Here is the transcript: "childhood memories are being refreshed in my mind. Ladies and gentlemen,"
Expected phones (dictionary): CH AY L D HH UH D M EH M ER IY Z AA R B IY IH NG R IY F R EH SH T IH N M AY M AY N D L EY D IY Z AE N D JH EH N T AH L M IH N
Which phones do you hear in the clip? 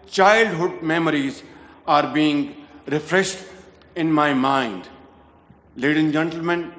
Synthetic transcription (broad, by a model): CH AY L D HH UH D M EH M ER IY Z AA R B IY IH NG R IY F R EH SH T IH N M AY M AY N D L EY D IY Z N JH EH N T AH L M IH N